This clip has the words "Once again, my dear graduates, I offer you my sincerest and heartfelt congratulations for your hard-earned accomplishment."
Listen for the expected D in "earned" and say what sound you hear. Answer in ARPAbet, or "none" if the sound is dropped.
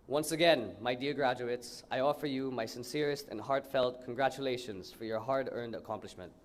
D